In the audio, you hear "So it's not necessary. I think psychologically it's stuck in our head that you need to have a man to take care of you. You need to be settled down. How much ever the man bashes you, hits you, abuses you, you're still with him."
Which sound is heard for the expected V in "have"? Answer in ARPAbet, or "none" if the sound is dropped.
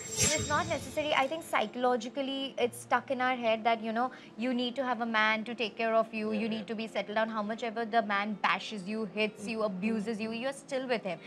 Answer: V